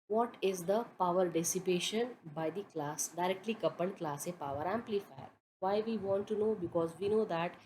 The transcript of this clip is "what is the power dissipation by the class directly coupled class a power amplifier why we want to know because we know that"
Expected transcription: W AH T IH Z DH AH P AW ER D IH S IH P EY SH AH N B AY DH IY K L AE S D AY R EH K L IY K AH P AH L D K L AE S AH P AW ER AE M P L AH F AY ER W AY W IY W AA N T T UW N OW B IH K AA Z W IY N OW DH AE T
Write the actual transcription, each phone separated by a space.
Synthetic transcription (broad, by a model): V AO T IH Z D AH P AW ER D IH S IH P EY SH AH N B AY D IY K L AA S D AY R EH K L IY K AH P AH N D K L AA S AH P AW ER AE M P L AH F AY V AY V IY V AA N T T UW N OW B IH K AA Z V IY N OW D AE T